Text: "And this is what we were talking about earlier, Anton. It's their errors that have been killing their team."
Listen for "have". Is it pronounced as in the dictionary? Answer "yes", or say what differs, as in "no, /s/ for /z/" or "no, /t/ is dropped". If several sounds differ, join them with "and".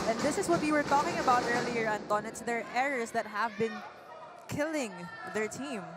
yes